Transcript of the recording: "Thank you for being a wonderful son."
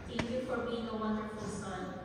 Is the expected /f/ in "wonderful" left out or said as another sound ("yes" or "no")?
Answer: yes